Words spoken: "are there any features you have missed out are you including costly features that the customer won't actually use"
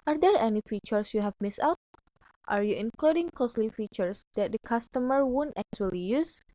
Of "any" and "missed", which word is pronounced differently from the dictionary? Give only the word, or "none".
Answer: missed